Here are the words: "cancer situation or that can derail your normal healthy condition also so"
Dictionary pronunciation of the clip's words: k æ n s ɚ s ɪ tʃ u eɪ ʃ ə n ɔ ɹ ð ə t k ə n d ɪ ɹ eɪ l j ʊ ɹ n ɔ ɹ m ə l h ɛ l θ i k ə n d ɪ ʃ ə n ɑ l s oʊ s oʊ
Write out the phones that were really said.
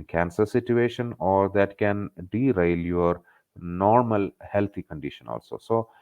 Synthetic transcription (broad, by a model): k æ n s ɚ s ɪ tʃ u eɪ ʃ ə n ɔ ɹ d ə t k ə n d ɪ ɹ eɪ l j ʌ ɹ n ɔ ɹ m ə l h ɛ l t i k ə n d ɪ ʃ ə n ɑ l s oʊ s oʊ